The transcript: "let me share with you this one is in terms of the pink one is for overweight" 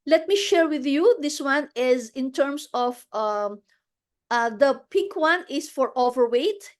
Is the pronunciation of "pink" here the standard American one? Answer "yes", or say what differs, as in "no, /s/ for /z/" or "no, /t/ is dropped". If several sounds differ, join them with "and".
no, /ŋ/ is dropped